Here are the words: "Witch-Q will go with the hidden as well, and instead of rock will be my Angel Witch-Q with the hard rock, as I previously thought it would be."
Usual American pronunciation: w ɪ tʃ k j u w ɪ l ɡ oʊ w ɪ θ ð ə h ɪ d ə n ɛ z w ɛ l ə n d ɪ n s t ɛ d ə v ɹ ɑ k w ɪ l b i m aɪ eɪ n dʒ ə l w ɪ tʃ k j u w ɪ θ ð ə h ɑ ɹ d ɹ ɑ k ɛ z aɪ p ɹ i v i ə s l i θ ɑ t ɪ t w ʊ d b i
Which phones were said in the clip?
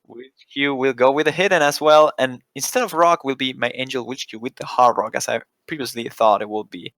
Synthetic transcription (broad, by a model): w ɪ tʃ k j u w ɪ l ɡ oʊ w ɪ ð ə h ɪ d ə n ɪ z w ɛ l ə n ɪ n s t ɛ d ə v ɹ ɑ k w ɪ l b i m aɪ eɪ n dʒ ə l w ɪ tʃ k j u w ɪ ð ə h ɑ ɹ ɹ ɑ k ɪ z aɪ p ɹ i v i ə s l i θ ɑ t ɪ t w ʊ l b i